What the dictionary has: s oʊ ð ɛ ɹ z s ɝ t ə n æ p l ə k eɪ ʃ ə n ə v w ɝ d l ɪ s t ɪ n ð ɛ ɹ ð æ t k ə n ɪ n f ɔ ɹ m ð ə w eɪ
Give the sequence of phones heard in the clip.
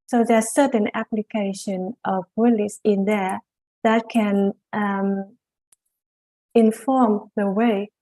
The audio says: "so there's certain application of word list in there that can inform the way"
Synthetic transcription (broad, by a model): s oʊ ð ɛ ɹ s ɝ t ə n æ p l ə k eɪ ʃ ə n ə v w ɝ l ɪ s ɪ n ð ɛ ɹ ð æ t k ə n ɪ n f ɔ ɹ m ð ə w eɪ